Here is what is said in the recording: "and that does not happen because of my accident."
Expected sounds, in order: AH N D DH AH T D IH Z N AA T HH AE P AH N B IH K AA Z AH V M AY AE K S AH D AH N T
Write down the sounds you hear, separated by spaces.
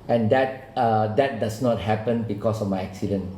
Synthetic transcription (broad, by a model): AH N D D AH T D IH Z N AA T HH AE P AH N B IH K AA S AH F M AY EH K S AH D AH N